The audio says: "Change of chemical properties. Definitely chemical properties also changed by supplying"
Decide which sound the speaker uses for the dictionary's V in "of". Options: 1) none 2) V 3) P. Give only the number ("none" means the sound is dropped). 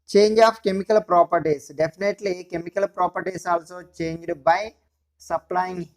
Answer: 3